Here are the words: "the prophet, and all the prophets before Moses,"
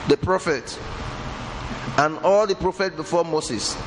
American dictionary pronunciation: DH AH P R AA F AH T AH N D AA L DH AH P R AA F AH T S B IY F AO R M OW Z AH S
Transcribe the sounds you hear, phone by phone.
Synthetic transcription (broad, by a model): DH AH P R AA F AH T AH N AA L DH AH P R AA F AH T B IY F AO M OW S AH S